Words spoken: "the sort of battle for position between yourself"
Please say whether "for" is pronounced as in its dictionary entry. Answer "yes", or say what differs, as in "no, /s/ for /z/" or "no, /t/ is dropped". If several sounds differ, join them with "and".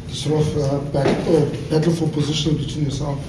no, /l/ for /ɹ/